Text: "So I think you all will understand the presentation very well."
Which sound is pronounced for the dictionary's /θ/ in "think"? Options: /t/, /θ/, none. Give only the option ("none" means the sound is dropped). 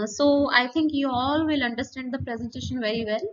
/t/